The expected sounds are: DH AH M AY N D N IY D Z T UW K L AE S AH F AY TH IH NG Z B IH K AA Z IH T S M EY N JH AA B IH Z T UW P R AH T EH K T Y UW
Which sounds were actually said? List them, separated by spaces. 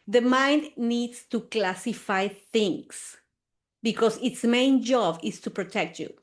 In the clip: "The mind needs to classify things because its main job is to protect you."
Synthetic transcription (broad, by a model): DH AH M AY N D N IY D S T UW K L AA S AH F AY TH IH NG S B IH K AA S IH T S M EY N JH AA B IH S T UW P R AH T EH K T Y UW